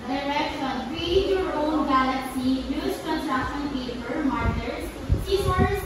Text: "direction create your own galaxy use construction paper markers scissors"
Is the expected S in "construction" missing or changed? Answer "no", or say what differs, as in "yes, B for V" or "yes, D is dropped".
yes, S is dropped